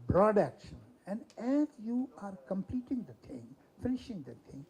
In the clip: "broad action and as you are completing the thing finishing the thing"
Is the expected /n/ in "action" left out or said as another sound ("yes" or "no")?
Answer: no